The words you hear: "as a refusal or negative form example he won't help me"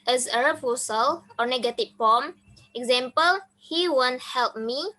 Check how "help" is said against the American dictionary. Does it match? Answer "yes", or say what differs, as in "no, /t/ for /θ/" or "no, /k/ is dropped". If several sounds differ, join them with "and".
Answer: yes